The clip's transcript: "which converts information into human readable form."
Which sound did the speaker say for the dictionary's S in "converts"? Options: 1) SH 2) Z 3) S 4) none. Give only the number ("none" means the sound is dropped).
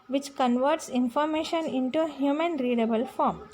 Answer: 3